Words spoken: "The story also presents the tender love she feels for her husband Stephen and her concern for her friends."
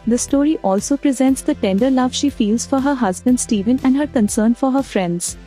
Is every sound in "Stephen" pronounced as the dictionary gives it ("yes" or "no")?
yes